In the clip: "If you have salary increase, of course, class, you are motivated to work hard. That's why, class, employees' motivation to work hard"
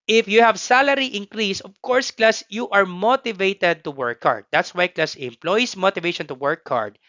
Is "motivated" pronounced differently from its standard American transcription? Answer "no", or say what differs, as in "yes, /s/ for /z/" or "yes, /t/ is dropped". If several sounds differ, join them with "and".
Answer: no